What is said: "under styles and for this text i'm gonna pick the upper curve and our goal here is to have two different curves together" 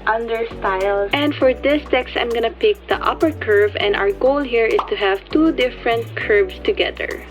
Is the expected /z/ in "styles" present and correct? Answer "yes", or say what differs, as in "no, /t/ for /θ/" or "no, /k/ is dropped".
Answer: no, /z/ is dropped